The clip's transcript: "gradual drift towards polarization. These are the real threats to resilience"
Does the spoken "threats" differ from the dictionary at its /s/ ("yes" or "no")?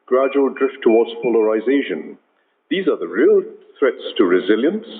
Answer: no